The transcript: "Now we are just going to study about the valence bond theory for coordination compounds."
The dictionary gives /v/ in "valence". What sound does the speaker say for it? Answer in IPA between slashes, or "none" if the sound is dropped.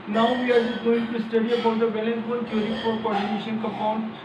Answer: /b/